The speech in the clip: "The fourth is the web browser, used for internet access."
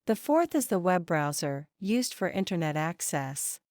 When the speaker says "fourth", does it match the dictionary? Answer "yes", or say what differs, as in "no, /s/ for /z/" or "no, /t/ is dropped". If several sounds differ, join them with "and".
yes